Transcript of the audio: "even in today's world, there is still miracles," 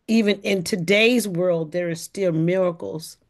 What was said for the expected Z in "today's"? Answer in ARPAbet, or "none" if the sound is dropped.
Z